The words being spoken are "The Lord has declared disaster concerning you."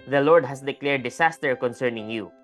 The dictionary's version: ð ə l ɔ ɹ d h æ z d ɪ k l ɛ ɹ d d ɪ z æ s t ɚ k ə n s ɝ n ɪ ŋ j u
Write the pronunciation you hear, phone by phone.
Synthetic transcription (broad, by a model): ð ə l ɔ ɹ d h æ s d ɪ k l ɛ ɹ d d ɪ s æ s t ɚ k ə n s ɝ n ɪ ŋ j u